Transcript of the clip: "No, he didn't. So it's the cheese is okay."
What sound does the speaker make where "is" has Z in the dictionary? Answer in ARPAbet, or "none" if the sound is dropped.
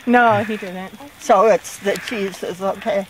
S